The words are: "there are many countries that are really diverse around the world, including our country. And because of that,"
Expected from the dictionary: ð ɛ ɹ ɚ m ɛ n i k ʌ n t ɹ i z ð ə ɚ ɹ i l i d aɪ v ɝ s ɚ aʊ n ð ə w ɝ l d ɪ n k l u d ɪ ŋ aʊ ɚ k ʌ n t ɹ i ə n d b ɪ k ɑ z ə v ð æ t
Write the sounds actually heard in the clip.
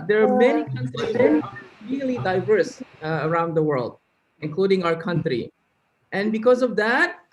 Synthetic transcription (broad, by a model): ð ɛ ɹ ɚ m ɛ n i k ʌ n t ɹ i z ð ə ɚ ɹ i l i d aɪ v ɝ s ɚ aʊ n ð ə w ɝ l d ɪ n k l u d ɪ ŋ aʊ ɚ k ʌ n t ɹ i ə n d b ɪ k ɑ z ə v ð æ t